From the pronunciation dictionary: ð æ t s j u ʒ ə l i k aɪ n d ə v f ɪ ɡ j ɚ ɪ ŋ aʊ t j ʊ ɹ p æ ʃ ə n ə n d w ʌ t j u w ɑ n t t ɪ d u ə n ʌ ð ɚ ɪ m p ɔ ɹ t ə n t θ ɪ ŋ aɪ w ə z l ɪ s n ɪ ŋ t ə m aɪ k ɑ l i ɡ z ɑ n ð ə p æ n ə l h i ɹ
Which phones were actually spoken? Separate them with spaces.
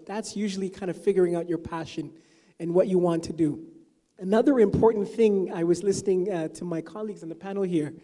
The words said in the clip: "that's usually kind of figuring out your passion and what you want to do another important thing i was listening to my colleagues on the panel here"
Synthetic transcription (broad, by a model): ð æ t s j u ʒ l i k aɪ n d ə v f ɪ ɡ j ɚ ɪ ŋ aʊ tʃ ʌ ɹ p æ ʃ ə n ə n w ʌ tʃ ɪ w ɑ n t t ɪ d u ə n ʌ ð ɚ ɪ m p ɔ ɹ t n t θ ɪ ŋ aɪ w ə z l ɪ s n ɪ ŋ t ə m aɪ k ɑ l i ɡ z n ð ə p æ n l h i ɹ